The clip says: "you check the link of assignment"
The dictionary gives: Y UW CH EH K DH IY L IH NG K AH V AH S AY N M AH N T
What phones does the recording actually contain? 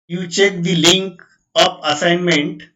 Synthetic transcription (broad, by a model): Y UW CH EH K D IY L IH NG K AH P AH S AY N M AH N T